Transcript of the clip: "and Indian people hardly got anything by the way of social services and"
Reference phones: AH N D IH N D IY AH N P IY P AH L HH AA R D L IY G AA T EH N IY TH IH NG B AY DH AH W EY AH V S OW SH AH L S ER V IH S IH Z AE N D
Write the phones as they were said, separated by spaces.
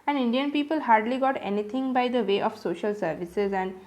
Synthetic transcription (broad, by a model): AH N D IH N D IY AH N P IY P AH L HH AA R D L IY G AA T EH N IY T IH NG B AY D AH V EY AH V S OW SH AH L S ER V IH S IH Z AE N D